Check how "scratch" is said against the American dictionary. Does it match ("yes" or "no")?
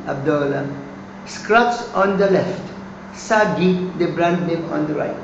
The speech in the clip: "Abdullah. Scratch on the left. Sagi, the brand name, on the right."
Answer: no